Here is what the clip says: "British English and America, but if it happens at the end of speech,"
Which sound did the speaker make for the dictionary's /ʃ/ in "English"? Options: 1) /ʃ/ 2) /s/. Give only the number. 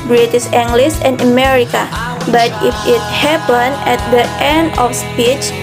2